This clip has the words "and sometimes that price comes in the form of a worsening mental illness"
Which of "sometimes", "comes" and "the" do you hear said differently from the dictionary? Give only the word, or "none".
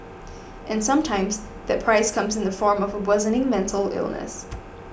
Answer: none